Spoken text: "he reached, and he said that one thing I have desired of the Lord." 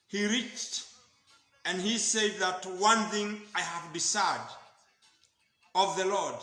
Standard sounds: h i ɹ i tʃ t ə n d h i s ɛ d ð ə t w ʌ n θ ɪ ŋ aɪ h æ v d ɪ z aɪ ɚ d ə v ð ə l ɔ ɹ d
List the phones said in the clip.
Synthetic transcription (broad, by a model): h i ɹ i tʃ t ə n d h i s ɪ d ð ə t w ʌ n θ ɪ ŋ aɪ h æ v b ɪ s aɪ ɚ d ə v ð ə l ɔ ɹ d